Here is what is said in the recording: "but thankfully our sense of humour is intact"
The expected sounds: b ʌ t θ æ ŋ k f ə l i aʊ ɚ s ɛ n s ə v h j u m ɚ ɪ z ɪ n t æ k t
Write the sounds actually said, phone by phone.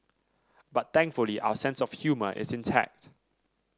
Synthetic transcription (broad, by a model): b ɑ t t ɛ ŋ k f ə l i aʊ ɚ s ɛ n s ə f h j u m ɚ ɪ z ɪ n t æ k t